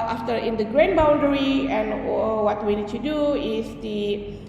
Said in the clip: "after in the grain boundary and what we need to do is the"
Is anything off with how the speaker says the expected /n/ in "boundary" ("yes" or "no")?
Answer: no